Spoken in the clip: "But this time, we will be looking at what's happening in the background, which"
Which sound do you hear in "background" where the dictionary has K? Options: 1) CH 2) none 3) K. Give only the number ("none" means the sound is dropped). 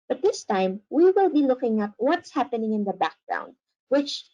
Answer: 3